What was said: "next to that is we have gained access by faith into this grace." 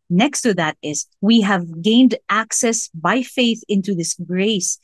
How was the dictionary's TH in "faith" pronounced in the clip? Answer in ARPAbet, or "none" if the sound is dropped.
TH